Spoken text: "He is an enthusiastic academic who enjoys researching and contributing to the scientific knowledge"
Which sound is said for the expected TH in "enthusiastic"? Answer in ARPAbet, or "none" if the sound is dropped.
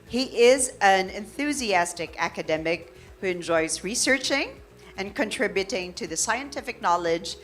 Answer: TH